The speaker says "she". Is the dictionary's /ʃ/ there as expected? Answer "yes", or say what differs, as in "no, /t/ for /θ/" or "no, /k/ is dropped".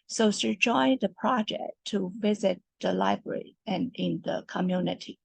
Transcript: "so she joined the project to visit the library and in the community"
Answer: no, /s/ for /ʃ/